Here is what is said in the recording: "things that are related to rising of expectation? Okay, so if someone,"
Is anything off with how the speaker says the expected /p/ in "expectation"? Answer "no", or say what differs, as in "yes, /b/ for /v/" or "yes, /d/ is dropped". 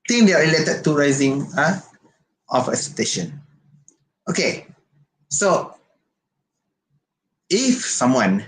yes, /p/ is dropped